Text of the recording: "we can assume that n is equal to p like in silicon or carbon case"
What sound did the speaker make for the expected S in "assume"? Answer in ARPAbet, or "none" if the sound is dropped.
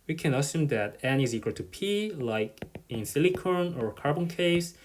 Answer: S